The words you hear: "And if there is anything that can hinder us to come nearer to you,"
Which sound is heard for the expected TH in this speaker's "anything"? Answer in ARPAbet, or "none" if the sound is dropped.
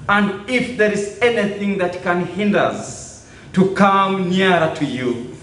TH